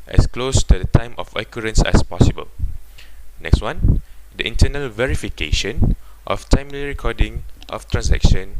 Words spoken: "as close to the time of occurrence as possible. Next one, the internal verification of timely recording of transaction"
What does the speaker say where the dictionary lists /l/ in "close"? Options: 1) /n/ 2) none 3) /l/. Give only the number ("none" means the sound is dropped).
3